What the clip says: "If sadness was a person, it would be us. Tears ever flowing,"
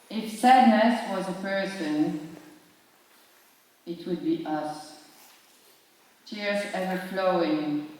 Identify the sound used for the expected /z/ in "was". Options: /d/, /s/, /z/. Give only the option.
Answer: /z/